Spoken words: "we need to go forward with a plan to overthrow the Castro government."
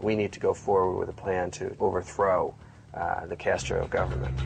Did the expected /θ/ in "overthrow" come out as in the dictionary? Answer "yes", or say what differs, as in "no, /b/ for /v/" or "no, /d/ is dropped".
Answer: yes